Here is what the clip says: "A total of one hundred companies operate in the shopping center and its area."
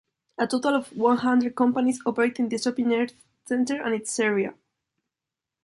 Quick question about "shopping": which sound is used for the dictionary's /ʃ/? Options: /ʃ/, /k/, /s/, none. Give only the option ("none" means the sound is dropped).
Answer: /s/